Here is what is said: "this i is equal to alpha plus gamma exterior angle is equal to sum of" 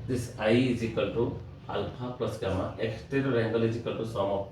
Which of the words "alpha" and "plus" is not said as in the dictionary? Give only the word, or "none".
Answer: alpha